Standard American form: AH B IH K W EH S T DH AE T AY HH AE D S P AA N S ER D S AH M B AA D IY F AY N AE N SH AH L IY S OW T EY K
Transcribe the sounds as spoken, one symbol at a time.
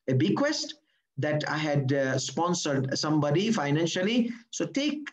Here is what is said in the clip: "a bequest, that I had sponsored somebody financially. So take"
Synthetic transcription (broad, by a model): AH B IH K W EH S T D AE T AY HH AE D S P AA N S ER D S AH M B AA D IY F AY N AE N SH AH L IY S OW T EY K